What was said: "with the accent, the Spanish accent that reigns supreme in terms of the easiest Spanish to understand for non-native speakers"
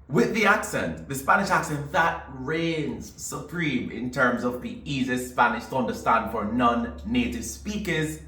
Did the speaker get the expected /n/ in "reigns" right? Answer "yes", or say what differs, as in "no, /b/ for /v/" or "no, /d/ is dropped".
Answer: yes